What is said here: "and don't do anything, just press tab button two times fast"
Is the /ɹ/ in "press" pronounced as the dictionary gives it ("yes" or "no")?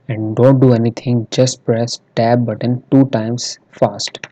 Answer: yes